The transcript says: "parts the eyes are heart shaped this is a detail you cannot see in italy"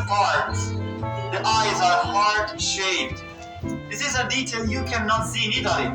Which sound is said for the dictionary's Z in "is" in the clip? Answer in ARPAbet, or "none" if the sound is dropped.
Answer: Z